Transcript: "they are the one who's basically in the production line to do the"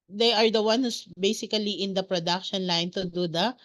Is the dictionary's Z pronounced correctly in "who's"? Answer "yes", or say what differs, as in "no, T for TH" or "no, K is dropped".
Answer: no, S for Z